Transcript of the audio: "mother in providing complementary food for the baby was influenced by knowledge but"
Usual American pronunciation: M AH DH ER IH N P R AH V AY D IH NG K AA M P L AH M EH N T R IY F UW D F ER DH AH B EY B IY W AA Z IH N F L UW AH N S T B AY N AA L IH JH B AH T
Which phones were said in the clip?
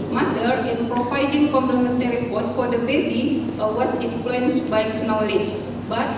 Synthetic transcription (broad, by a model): M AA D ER IH N P R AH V AY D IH NG K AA M P L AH M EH N T R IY P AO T F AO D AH B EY B IY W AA S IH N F L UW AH N S B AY N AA L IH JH B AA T